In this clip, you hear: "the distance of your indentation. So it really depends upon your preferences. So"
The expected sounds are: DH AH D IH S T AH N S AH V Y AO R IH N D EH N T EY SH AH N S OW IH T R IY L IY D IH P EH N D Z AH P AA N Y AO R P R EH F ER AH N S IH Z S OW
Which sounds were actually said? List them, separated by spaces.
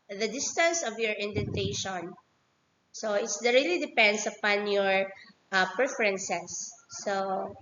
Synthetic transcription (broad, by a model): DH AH D IH S T AH N S AH V Y AO R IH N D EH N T EY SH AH N S OW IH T R IY L IY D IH P EH N D S AH P AA N Y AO R P R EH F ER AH N S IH S OW